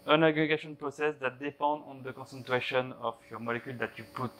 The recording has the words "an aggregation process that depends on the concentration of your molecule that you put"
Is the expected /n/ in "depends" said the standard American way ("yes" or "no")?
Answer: no